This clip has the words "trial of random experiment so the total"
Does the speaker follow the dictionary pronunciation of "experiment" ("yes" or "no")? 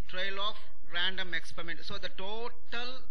yes